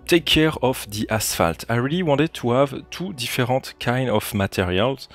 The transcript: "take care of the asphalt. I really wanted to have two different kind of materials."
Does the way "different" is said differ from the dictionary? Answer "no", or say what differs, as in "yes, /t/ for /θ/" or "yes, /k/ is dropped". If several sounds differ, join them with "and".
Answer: yes, /n/ is dropped